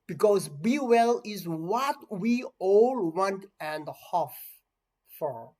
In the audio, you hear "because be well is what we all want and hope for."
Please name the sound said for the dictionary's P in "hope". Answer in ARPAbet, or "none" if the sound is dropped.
F